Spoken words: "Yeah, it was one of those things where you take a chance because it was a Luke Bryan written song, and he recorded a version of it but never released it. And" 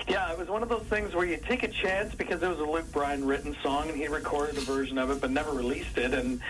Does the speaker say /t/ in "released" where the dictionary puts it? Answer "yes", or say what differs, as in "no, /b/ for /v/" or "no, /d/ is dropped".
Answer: yes